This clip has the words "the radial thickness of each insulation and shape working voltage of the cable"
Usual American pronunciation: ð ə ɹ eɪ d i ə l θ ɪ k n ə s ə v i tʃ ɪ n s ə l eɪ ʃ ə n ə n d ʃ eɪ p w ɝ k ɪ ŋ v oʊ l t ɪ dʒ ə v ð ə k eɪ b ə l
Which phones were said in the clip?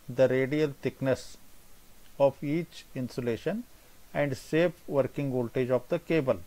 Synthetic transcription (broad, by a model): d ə ɹ eɪ d i ə l t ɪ k n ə s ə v i tʃ ɪ n s ə l eɪ ʃ ə n ə n d s eɪ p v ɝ k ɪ ŋ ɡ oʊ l t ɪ dʒ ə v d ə k eɪ b ə l